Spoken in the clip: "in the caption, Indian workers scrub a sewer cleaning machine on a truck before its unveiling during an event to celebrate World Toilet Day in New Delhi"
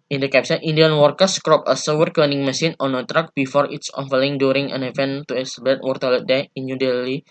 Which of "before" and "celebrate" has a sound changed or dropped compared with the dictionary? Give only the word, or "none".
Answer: celebrate